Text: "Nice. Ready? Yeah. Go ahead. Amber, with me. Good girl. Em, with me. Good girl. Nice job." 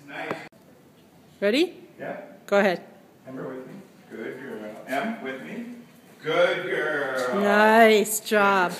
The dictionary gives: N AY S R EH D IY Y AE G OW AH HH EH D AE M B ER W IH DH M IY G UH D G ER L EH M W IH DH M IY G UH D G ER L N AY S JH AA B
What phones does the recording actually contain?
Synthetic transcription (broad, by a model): N AY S R EH D IY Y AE G OW AH HH EH D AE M ER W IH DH M IY G UH D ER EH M W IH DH M IY G UH D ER N AY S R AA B